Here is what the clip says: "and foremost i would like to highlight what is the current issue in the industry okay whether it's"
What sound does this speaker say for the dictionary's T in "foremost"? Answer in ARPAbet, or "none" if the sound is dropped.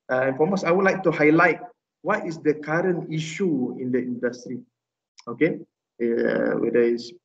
none